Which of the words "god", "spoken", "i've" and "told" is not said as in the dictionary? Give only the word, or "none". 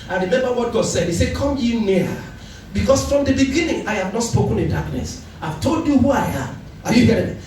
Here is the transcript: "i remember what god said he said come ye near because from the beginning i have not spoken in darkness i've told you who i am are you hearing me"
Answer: none